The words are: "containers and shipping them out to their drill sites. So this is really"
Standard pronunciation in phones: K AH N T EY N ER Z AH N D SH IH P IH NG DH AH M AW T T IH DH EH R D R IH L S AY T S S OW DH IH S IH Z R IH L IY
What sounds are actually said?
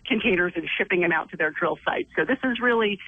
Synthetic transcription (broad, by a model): K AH N T EY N ER Z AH N SH IH P IH NG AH M AW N T IH DH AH R D R IH L S AY T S S OW DH IH S IH Z R IH L IY